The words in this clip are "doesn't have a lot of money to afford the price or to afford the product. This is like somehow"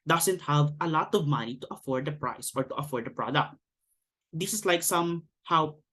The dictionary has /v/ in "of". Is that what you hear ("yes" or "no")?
yes